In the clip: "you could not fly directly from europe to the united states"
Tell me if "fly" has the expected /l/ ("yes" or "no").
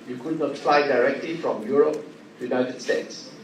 yes